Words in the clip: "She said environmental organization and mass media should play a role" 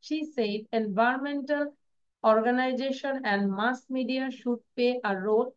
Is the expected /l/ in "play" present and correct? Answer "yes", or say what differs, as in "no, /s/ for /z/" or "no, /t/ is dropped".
no, /l/ is dropped